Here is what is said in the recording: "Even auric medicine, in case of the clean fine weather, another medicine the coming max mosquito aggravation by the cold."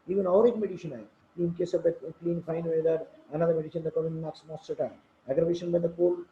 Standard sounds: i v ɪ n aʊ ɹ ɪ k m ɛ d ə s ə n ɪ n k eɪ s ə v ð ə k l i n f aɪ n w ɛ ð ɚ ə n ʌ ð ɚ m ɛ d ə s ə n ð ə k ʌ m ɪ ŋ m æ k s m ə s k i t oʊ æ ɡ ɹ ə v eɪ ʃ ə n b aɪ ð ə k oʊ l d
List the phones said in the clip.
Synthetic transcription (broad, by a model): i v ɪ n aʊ ɹ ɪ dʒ m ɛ d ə ʃ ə n ɪ n k eɪ s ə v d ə k l i n f aɪ n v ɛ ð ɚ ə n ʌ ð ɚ m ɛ d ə ʃ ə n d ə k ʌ ɪ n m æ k s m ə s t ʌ t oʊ æ ɡ ɹ ə v eɪ ʃ ə n b aɪ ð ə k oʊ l